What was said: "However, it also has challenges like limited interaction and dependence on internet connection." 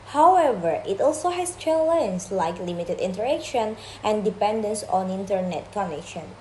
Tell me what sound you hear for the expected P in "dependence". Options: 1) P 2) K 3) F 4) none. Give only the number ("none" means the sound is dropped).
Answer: 1